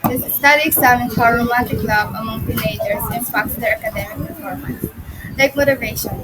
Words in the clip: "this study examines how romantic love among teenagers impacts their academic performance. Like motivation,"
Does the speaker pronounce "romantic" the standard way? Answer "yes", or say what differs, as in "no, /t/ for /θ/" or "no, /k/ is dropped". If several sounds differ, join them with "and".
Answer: no, /n/ is dropped